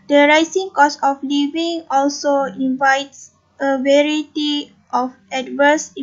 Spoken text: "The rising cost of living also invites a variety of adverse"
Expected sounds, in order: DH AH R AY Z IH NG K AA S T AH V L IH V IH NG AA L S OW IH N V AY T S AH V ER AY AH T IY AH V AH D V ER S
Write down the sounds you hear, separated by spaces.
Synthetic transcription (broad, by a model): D AH R AY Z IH NG K AA S AH F L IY V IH NG AA L S OW IH N V AY T S AH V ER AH T IY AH F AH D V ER S